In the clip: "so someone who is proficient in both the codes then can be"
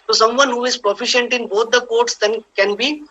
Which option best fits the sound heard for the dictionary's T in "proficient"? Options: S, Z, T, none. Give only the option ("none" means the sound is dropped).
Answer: T